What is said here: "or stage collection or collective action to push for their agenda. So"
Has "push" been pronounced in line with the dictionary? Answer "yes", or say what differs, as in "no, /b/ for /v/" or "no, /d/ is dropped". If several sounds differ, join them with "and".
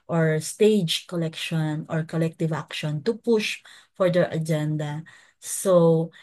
yes